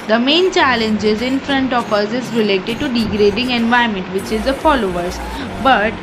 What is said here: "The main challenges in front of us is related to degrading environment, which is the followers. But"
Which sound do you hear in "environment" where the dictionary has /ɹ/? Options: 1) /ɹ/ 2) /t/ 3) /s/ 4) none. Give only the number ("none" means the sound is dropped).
4